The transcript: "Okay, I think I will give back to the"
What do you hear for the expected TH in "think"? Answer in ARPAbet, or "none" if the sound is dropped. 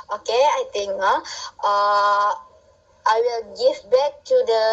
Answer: T